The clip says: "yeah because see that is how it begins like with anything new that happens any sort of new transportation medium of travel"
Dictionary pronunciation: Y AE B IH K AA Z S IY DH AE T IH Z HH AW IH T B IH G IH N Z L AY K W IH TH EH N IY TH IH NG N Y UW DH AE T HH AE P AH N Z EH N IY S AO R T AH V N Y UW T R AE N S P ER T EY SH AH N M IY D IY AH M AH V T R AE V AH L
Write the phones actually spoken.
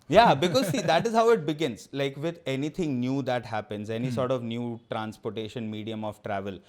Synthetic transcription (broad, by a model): Y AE B IH K AA Z S IY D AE T IH Z HH AW IH T B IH G IH N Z L AY K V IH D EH N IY T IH NG N Y UW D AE T HH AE P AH N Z EH N IY S AO R T AH V N Y UW T R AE N S P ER T EY SH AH N M IY D IY AH M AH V T R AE V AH L